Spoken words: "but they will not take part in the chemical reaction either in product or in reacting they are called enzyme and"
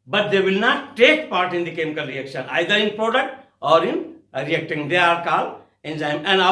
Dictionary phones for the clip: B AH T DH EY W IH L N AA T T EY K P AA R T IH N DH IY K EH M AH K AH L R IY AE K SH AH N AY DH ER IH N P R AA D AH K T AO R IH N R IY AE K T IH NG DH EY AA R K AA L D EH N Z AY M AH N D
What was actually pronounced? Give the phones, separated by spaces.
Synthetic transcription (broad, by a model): B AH T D EY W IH L N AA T T EY K P AA R T IH N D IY K EH M AH K AH L R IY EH K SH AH N AY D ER IH N P R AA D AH K T AO R IH N R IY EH K T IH NG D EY AA R K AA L EH N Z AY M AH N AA